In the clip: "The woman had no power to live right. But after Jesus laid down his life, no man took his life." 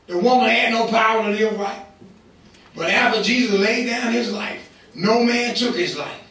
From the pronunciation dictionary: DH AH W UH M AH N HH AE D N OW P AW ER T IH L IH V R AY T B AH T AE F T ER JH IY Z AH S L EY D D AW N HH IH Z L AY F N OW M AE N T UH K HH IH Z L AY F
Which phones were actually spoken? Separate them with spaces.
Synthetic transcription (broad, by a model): DH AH W UH M AH N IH D N OW P AW ER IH N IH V R AY T B AH T AE F T ER JH IY Z AH S L EY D D AW N IH Z L AY F N OW M AE N T UH K HH IH Z L AY F